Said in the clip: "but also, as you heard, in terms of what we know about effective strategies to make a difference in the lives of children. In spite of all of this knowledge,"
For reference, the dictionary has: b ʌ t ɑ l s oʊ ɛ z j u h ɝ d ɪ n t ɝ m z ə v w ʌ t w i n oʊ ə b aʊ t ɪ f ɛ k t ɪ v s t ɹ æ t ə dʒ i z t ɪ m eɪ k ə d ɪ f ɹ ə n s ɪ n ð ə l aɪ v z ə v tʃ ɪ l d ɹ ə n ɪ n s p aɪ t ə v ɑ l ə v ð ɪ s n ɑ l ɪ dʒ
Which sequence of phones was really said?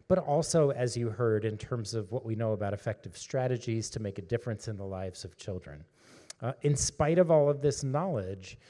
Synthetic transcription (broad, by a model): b ʌ t ɑ l s oʊ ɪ z j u h ɝ d ɪ n t ɝ m z ə v w ʌ t w i n oʊ ə b aʊ t ɪ f ɛ k t ɪ v s t ɹ æ t ə dʒ i z t ɪ m eɪ k ə d ɪ f ɹ ə n s ɪ n ð ə l aɪ v z ə v tʃ ɪ l d ɹ ə n ɪ n s p aɪ t ə v ɑ l ə v ð ɪ s n ɑ l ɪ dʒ